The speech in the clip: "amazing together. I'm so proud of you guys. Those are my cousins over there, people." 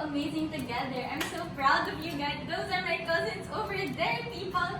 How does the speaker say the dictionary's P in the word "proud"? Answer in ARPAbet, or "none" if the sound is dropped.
B